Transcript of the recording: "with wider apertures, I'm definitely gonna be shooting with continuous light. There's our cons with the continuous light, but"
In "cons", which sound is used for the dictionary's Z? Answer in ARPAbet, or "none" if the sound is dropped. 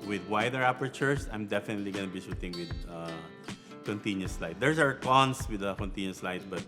S